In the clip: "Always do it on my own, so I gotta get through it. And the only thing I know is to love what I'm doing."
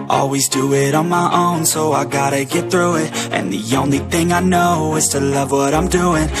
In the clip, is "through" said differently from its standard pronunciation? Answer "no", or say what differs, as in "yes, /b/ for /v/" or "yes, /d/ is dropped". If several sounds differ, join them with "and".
no